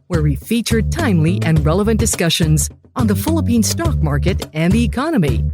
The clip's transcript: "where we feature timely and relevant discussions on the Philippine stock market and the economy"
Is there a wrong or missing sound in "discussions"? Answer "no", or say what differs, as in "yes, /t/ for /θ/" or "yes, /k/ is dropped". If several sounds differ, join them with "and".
no